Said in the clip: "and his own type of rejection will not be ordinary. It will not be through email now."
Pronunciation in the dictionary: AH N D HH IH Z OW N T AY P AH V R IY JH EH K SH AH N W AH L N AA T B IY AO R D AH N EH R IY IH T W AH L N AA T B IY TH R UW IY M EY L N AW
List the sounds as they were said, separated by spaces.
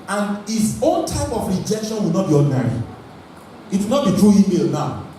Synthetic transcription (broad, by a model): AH N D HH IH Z OW N T AY P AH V R IY JH EH K SH AH N W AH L N AA T B IY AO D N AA R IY IH T W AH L N AA T B IY T R UW IY M EY L N AW